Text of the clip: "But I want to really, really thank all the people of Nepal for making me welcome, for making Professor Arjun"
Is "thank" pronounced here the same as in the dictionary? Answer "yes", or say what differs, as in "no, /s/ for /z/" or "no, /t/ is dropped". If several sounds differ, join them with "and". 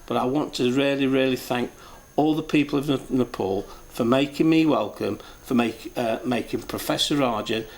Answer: yes